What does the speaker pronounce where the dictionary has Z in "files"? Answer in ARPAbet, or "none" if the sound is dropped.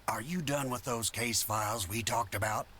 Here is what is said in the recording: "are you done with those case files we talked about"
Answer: Z